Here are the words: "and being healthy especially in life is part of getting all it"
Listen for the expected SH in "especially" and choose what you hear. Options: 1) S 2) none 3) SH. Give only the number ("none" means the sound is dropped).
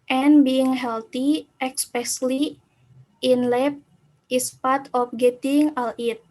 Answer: 1